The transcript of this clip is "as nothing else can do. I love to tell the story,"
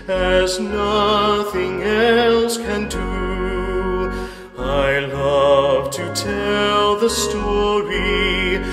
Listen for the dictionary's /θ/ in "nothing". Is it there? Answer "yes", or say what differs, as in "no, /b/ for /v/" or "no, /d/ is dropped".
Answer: yes